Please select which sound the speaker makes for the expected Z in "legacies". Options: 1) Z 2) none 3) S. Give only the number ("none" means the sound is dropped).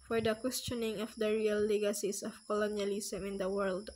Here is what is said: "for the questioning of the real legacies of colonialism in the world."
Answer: 3